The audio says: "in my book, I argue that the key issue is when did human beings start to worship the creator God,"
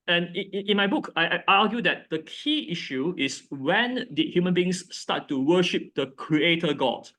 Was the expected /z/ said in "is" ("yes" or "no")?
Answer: no